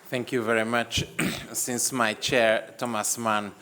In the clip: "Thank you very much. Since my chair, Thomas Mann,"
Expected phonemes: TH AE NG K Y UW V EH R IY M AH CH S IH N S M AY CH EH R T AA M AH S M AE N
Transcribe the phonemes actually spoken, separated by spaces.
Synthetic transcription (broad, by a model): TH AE NG K Y UW V EH R IY M AH CH S IH N S M AY CH EH R T AA M AH S M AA N